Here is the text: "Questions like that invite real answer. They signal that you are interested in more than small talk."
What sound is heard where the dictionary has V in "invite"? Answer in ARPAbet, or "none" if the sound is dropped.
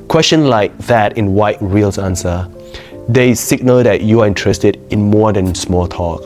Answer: W